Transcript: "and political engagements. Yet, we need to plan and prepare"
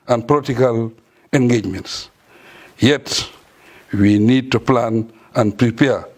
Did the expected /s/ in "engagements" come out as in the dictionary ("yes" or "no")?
yes